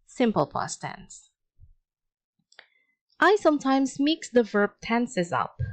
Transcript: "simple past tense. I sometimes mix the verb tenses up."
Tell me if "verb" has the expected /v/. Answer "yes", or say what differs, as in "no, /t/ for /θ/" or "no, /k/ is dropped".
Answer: yes